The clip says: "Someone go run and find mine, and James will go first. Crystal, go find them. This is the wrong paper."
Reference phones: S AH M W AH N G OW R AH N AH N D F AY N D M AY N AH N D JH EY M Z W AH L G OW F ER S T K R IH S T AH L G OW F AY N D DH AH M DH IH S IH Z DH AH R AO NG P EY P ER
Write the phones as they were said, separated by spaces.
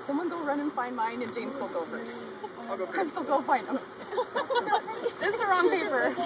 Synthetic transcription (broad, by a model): S AH M W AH N G OW R AH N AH N F AY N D M AY N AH N JH EY M Z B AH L G OW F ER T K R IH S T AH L G OW F AY N D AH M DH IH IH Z DH AH R AO NG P EY P ER